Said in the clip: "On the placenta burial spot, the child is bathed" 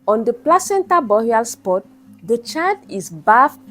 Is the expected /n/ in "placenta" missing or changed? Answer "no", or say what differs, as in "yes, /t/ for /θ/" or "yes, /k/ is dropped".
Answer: no